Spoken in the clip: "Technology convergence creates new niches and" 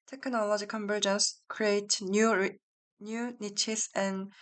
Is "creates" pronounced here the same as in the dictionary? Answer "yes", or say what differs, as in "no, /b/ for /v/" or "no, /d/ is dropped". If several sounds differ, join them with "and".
no, /s/ is dropped